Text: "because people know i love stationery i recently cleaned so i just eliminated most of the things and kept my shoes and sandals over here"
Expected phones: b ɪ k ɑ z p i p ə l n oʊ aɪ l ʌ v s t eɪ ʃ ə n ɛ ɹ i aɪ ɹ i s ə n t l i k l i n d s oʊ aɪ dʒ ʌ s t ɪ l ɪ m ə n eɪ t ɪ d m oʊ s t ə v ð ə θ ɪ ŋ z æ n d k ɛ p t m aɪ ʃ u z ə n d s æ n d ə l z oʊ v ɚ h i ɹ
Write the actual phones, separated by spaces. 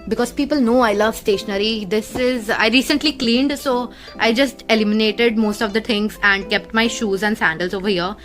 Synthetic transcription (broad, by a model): b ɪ k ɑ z p i p ə l n oʊ aɪ l ʌ v s t eɪ ʃ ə n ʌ ɹ i aɪ ɹ i s ə n t l i k l i n d s oʊ aɪ dʒ ʌ s t ɪ l ɪ m ə n eɪ t ɪ d m oʊ s t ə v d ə t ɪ ŋ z æ n d k ɛ p t m aɪ ʃ u z ə n d s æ n d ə l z oʊ v ɚ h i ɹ